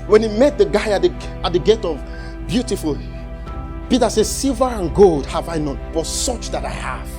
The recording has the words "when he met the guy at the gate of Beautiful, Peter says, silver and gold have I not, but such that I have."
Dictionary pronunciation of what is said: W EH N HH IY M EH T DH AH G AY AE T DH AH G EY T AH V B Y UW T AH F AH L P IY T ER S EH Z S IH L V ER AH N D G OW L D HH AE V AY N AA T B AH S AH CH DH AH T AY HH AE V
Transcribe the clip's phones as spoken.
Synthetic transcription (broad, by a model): W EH N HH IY M EH T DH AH G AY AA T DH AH G EY T AH V B Y UW T AH F AH L P IY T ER S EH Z S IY L V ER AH N G OW L D HH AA V AY N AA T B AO S AH CH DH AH T AY HH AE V